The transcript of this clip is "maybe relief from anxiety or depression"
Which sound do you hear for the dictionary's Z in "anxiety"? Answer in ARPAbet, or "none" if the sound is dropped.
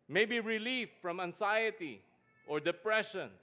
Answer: S